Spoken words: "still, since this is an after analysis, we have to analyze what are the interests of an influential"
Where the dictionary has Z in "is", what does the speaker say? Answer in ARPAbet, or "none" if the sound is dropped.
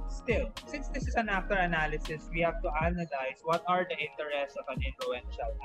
S